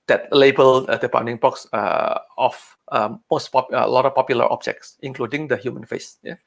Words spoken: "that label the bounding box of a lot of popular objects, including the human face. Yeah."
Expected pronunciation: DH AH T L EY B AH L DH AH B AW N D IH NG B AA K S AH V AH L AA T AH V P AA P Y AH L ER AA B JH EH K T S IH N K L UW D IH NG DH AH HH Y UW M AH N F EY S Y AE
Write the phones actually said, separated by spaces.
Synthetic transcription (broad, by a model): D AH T L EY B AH L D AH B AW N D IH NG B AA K S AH P AH L AA T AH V P AA P Y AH L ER AA B JH EH K T S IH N K L UW D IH NG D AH HH Y UW M AH N F EY S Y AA